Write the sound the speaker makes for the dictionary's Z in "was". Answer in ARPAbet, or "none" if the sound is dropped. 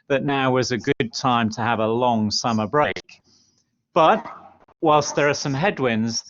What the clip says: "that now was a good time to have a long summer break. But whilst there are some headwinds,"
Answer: Z